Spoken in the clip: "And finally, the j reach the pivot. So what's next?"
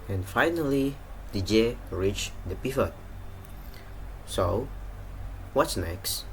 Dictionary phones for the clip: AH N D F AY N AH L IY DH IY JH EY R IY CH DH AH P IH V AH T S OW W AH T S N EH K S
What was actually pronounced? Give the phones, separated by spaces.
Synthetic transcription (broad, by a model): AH N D F AY N AH L IY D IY JH EY R IY CH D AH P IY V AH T S OW W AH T S N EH K S